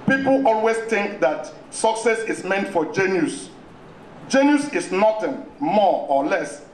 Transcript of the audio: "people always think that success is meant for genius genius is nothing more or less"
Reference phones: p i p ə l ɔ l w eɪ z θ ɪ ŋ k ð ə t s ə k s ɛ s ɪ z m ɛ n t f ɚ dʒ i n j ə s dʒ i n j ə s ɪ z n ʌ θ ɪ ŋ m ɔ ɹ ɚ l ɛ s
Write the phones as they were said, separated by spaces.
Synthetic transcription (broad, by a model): p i p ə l ɔ l w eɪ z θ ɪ ŋ k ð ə t s ə k s ɛ s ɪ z m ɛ n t f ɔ dʒ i n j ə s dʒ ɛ n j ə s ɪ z n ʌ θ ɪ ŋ m ɔ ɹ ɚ l ɛ s